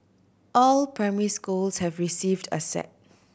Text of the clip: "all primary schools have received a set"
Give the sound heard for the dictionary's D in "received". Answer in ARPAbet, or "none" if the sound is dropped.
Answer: D